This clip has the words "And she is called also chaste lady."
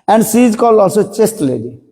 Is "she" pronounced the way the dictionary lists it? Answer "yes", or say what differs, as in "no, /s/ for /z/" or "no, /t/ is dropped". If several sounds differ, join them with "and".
no, /s/ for /ʃ/